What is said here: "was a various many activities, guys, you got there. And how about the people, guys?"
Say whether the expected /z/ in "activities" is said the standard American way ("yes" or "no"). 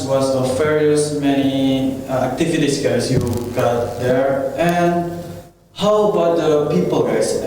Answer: no